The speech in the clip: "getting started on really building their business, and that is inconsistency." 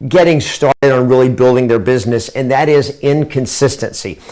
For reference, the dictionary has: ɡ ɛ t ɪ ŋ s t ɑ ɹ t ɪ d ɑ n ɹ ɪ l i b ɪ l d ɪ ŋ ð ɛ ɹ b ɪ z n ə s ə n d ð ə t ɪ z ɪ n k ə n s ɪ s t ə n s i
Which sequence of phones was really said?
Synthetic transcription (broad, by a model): ɡ ɛ t ɪ ŋ s t ɑ ɹ t ɪ d n ɹ ɪ l i b ɪ l d ɪ ŋ ð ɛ ɹ b ɪ z n ə s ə n ð ə t ɪ z ɪ n k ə n s ɪ s t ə n s i